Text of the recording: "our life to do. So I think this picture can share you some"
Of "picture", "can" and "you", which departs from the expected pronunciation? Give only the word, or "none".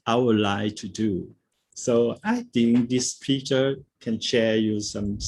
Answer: picture